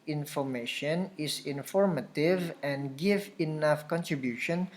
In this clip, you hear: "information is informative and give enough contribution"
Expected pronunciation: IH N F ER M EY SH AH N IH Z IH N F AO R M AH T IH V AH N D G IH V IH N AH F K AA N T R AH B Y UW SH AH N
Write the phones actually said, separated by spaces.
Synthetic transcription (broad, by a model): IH N F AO M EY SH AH N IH S IH N F AO R M AH T IH V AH N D G IH V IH N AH F K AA N T R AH B Y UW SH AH N